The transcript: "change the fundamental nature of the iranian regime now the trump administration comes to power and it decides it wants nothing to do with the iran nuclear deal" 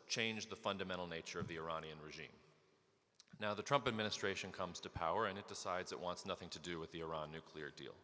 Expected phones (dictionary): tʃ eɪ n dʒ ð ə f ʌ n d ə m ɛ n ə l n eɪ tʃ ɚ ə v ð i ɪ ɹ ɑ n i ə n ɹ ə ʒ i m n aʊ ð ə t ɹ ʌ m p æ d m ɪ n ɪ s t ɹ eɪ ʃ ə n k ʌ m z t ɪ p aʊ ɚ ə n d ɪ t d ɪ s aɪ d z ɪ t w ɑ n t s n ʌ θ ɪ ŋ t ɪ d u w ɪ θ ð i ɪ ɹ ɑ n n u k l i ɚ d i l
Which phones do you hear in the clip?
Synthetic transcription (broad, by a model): tʃ eɪ n dʒ ð ə f ʌ n d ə m ɛ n l n eɪ tʃ ɚ ə v ð i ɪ ɹ ɑ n i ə n ɹ ə ʒ i m n aʊ ð ə t ɹ ʌ m p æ d m ɪ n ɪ s t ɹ eɪ ʃ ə n k ʌ m z t ɪ p aʊ ɚ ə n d ɪ t d ɪ s aɪ d z ɪ t w ɑ n t s n ʌ θ ɪ ŋ t ɪ d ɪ w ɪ ð i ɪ ɹ ɑ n n u k l i ɚ d i l